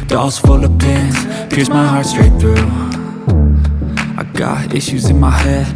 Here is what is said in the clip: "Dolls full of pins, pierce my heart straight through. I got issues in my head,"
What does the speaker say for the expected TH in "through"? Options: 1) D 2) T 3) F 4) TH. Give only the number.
4